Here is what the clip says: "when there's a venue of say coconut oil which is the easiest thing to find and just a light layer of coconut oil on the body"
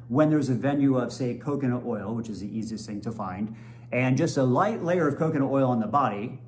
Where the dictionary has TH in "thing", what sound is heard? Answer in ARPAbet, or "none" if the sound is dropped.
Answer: TH